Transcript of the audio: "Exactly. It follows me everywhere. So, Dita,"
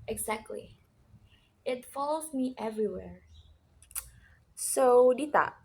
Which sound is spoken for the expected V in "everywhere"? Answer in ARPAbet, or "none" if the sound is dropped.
V